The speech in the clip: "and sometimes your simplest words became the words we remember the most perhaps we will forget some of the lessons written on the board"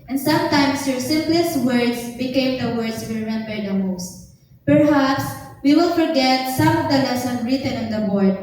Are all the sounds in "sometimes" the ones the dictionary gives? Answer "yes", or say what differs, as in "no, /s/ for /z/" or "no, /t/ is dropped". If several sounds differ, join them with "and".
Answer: no, /s/ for /z/